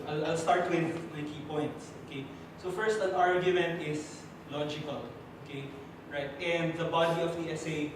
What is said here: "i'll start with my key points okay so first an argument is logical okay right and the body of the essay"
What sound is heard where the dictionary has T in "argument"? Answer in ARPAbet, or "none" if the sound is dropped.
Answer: T